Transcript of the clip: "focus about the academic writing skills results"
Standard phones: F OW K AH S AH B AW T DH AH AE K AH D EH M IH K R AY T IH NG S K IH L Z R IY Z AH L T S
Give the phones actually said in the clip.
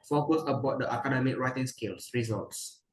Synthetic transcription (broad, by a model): F OW K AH S AH B AW T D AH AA K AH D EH M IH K R AY T IH NG S K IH L S R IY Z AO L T S